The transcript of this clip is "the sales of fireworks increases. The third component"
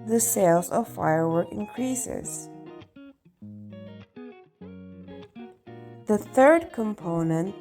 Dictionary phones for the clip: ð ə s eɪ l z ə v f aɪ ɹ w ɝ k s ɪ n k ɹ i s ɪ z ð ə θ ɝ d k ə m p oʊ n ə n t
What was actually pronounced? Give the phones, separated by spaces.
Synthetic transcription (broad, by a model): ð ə s eɪ l z ə v f aɪ ɹ w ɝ k ɪ n k ɹ i s ɪ z ð ə θ ɝ d k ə m p oʊ n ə n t